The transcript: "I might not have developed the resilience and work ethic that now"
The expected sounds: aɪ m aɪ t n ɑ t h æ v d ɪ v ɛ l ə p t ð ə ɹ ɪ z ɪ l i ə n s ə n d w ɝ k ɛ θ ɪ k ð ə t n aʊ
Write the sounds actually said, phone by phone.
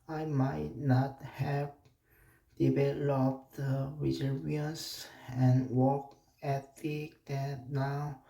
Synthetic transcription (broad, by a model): aɪ m aɪ t n ɑ t h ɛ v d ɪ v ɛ l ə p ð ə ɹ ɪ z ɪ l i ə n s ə n w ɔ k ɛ t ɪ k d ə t n aʊ